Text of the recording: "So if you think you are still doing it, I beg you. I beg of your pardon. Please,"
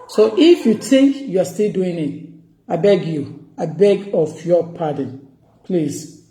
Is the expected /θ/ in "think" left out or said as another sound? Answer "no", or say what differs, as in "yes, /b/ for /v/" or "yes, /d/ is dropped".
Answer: yes, /t/ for /θ/